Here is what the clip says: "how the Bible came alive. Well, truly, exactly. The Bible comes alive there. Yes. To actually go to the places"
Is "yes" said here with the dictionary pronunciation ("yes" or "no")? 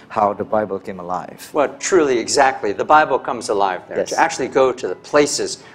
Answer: no